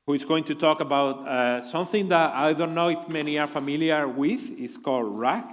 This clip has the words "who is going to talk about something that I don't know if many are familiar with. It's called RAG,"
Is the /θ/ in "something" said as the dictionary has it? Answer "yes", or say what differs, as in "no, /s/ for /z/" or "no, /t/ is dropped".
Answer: yes